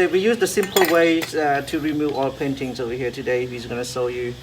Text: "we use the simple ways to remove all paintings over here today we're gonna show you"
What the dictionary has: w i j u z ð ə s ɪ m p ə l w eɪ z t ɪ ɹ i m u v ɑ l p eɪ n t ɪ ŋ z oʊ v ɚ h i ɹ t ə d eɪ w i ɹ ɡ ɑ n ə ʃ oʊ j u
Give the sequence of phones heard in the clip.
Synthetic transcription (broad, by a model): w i j u z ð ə s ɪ m p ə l w eɪ t ɪ ɹ i m u v ɑ l p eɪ n t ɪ ŋ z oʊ w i h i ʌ t ə d eɪ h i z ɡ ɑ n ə s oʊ j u